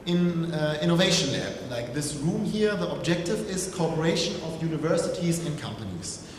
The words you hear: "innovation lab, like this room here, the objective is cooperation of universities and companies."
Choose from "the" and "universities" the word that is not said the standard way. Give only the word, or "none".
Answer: none